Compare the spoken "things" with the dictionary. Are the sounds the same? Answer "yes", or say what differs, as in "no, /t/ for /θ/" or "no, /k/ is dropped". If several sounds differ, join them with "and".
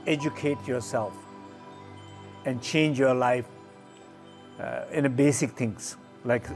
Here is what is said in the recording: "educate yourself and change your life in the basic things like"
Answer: no, /t/ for /θ/